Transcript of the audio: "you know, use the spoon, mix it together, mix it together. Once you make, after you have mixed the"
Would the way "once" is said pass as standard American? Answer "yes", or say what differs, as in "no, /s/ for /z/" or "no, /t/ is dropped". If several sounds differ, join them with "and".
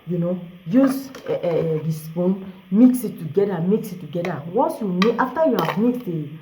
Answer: no, /n/ is dropped